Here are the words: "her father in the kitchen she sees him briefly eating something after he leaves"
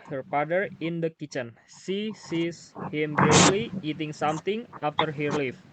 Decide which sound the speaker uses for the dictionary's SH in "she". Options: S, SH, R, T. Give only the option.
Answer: S